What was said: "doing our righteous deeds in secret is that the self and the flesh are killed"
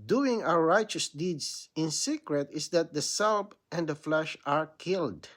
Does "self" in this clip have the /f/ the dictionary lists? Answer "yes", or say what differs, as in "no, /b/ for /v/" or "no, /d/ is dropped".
no, /p/ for /f/